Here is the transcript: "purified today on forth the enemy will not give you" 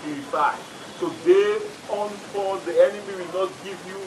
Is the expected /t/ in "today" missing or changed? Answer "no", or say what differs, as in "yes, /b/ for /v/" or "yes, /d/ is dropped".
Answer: yes, /s/ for /t/